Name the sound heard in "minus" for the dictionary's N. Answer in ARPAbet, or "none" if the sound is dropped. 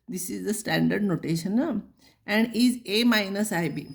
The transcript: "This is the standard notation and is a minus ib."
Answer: N